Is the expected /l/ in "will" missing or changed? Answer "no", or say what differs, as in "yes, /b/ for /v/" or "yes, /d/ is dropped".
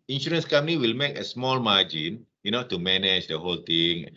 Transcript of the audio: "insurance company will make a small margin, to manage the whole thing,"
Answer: no